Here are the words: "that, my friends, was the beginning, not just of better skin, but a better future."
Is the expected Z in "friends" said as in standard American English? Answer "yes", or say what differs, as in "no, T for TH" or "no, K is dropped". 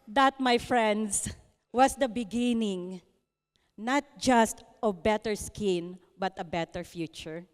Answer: no, S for Z